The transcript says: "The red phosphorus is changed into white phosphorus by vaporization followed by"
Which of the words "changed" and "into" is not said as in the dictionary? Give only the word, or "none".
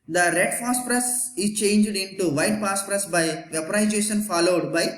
none